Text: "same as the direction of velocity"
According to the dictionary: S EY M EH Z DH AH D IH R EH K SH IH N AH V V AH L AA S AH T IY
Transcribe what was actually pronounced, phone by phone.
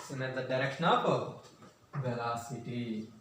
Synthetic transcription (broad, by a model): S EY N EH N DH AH D IH R EH K SH IH N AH P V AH L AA S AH T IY